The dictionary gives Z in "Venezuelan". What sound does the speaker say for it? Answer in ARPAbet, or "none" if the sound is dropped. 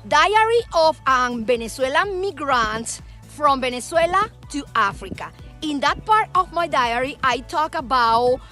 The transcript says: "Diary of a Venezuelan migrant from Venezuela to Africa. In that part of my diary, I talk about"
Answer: S